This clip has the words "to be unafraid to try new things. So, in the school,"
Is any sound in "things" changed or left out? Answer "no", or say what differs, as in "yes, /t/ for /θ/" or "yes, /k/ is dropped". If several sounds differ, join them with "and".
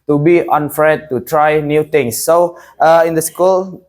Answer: yes, /t/ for /θ/